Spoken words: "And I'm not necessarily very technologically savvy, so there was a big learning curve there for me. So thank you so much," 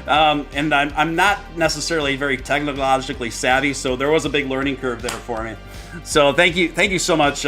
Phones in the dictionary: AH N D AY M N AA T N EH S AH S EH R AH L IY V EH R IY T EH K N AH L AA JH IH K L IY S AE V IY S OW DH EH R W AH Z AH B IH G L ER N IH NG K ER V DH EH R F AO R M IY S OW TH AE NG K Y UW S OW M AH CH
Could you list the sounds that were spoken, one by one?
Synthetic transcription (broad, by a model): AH N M AY M N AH T N EH S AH S EH R L IY V EH R IY T EH K N AH L AA JH IH K L IY S AE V IY S OW DH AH R W AH Z AH B IH G L ER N IH NG K ER V DH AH R F AO R M IY S OW TH AE NG K Y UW S OW M AH CH